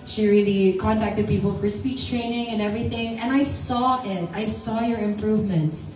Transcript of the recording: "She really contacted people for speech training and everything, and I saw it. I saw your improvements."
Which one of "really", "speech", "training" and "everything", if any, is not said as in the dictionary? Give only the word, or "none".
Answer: none